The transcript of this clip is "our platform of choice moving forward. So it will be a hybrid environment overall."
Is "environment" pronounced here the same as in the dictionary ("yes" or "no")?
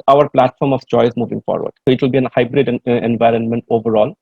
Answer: yes